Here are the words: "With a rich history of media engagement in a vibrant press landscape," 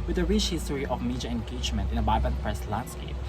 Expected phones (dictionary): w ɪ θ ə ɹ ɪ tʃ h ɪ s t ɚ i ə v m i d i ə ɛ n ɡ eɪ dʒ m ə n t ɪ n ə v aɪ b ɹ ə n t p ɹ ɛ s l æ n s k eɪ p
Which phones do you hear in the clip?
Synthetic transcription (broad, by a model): w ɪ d ə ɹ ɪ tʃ h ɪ s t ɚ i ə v m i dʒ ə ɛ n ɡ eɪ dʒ m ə n t ɪ n ə b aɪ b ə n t p ɹ ɛ s l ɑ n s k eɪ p